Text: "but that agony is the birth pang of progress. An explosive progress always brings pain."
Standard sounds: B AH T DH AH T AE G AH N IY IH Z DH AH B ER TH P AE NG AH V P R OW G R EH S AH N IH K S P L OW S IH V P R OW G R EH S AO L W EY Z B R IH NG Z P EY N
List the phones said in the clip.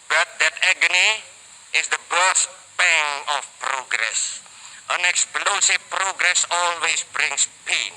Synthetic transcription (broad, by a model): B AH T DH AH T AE G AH N IY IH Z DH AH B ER S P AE NG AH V P R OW G R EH S AH N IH K S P L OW S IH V P R OW G R EH S AO L W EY S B R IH NG S P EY N